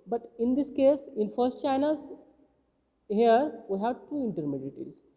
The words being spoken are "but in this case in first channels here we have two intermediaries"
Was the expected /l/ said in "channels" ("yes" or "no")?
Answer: no